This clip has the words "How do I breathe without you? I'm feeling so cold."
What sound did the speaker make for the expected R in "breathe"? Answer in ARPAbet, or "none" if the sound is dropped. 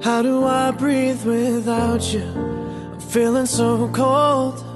R